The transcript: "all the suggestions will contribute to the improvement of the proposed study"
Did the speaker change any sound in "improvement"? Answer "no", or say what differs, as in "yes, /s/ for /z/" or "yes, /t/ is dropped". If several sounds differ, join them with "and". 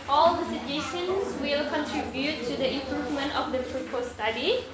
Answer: no